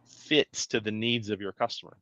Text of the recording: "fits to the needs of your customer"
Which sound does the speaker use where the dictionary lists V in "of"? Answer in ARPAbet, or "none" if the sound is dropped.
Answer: V